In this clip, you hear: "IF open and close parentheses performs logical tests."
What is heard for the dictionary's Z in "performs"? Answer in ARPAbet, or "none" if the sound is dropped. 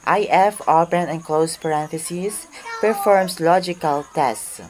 S